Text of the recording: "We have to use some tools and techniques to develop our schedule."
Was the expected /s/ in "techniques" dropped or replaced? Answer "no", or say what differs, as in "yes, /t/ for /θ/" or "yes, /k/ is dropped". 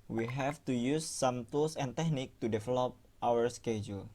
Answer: yes, /s/ is dropped